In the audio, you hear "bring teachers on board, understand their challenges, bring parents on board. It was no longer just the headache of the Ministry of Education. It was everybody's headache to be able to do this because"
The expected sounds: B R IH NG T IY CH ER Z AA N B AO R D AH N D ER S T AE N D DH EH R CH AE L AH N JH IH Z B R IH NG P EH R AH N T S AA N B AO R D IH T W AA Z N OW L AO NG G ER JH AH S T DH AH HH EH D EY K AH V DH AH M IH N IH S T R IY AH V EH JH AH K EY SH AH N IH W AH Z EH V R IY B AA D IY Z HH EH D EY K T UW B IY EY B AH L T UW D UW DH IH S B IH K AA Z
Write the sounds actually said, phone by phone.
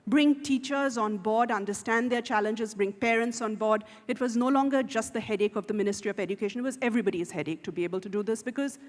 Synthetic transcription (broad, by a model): B R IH NG T IY CH ER Z AA N B AO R D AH N D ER S T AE N D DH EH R CH AE L AH N JH IH Z B R IH NG P EH R AH N T S AA N B AO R D IH T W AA Z N OW L AO NG G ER JH AH S T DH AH HH EH D EY K AH V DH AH M IH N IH S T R IY AH V EH JH AH K EY SH AH N IH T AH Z EH V R IY B AA D IY Z HH EH D EY K T UW B IY EY B AH L T UW D UW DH IH S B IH K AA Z